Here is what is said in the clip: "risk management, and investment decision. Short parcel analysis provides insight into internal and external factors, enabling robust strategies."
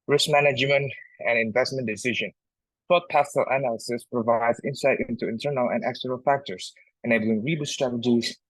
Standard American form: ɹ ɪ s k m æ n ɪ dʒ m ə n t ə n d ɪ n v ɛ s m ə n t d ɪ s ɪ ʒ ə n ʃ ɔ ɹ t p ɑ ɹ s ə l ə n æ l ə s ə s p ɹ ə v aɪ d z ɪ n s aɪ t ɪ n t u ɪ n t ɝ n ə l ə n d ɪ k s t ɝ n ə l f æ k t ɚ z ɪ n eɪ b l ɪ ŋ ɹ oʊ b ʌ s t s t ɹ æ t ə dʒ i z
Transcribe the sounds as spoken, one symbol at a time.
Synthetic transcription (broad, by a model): ɹ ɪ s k m æ n ɪ dʒ m ə n t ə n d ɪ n v ɛ s m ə n d ɪ s ɪ ʒ ə n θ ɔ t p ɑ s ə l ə n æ l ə s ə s p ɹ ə v aɪ d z ɪ n s aɪ t ɪ n t u ɪ n t ɝ n ə l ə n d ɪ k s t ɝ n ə l f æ k t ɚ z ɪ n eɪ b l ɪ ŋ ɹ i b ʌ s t s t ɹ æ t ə dʒ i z